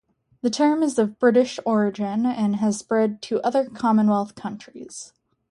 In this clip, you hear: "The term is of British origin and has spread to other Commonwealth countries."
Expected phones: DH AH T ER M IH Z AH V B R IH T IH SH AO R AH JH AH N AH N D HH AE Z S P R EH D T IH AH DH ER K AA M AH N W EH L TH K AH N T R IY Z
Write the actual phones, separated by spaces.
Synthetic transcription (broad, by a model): DH AH T ER M IH Z AH V B R IH T IH SH AO R AH JH AH N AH N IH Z S P R EH D T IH AH DH ER K AA M AH N W EH L TH K AH N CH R IY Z